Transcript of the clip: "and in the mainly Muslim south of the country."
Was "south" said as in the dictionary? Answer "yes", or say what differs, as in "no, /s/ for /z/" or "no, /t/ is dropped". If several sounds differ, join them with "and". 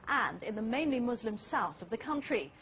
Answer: yes